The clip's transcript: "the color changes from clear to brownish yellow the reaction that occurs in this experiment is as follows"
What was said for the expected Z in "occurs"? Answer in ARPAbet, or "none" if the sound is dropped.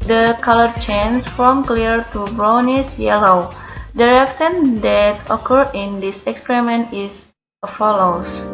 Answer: none